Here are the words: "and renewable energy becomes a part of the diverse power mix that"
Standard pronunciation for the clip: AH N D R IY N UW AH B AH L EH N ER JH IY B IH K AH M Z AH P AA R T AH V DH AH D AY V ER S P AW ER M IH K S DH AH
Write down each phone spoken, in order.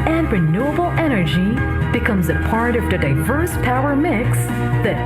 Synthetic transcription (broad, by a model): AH N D R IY N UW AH B L EH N ER JH IY B IH K AH M Z AH P AA R T AH V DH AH D AY V ER S P AW ER M IH K S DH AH